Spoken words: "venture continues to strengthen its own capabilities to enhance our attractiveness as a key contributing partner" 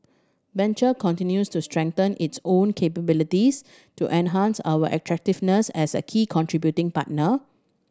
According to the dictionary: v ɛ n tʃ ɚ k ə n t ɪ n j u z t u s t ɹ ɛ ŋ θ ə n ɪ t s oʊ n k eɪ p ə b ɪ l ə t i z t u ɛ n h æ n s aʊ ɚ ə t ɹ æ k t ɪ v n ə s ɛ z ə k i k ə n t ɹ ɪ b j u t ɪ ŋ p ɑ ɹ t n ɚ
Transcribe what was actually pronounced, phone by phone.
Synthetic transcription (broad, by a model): b ɛ n tʃ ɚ k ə n t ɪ n j u s t u s t ɹ ɛ ŋ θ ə n ɪ t s oʊ n k eɪ p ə b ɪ l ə t i s t u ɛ n h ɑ n s aʊ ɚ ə t ɹ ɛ k t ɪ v n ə s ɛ s ə k i k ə n t ɹ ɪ b j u t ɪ ŋ p ɑ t n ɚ